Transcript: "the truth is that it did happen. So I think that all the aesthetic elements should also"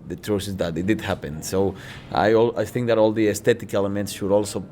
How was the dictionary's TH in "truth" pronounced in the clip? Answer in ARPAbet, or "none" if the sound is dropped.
S